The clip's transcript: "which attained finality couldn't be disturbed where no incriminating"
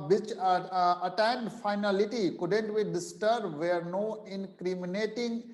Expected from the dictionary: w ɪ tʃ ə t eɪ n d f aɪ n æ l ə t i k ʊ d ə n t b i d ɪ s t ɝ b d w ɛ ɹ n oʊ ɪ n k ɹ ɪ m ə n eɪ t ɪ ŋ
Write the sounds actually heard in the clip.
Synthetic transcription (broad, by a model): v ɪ tʃ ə t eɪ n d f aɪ n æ l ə t i k ʊ d ə n t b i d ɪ s t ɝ d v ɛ ɹ n oʊ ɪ n k ɹ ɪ m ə n eɪ t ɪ ŋ